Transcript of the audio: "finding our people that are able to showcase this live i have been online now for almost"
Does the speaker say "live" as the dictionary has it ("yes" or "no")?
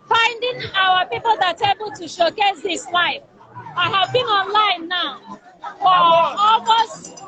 no